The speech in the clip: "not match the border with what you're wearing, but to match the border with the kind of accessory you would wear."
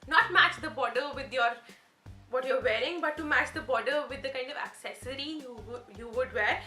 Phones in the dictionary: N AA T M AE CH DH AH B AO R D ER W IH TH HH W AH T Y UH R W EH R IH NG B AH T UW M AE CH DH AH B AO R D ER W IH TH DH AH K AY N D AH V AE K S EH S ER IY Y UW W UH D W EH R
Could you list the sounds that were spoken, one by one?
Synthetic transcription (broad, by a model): N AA T M AE CH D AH B AO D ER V IH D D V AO T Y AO R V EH R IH NG B AH T UW M AE CH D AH B AO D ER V IH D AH K AY N D AH V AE K S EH S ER IY Y UW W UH D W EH R